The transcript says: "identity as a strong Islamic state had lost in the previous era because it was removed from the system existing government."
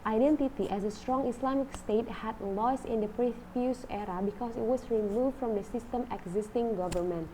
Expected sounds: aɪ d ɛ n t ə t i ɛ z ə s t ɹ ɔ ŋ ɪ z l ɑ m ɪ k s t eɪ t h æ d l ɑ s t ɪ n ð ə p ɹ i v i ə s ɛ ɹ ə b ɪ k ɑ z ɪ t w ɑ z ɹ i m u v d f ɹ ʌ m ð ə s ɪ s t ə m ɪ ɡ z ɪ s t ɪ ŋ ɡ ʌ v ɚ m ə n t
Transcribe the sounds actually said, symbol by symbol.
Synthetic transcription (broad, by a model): aɪ d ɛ n t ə t i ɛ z ə s t ɹ ɔ ŋ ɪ s l ɑ m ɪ k s t eɪ t h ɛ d l ɑ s ɪ n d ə p ɹ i f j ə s ɛ ɹ ə b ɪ k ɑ s ɪ t w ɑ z ɹ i m u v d f ɹ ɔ m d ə s ɪ s t ə m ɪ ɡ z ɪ s t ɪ ŋ ɡ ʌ v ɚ m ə n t